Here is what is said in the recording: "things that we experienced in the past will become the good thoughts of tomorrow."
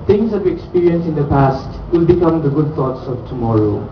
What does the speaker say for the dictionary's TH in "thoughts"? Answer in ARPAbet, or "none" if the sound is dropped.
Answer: T